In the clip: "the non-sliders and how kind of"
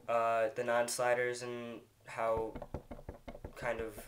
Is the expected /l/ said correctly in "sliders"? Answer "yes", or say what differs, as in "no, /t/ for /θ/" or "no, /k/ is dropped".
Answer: yes